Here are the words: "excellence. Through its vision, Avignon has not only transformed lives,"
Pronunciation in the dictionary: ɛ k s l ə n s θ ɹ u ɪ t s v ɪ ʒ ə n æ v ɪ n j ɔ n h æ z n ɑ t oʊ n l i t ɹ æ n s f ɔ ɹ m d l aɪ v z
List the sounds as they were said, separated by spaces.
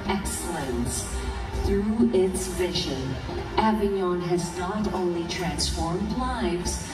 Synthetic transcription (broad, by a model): ɛ k s l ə n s θ ɹ u ɪ t s v ɪ ʒ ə n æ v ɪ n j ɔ n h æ z n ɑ t oʊ n l i t ɹ æ n s f ɔ ɹ m d l aɪ v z